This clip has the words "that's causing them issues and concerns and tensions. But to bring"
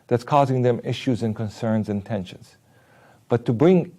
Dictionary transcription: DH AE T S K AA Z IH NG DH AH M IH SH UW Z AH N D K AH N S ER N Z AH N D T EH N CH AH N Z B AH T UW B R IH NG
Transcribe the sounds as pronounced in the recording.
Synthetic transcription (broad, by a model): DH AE T S K AA Z IH NG DH AH M IH SH UW Z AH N K AH N S ER N Z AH N T EH N SH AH N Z B AH T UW B R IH NG